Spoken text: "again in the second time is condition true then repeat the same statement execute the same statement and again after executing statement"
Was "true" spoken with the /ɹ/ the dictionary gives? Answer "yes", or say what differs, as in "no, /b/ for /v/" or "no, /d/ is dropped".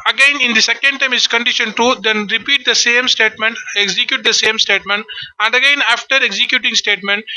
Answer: no, /ɹ/ is dropped